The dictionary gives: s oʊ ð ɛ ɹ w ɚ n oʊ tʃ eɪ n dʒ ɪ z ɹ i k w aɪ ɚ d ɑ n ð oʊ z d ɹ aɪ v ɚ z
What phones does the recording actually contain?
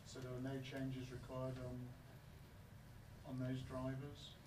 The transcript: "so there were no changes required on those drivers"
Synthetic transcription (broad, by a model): s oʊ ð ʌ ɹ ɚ n oʊ tʃ eɪ n dʒ ɪ z ɹ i k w aɪ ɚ d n n ð oʊ z d ɹ aɪ v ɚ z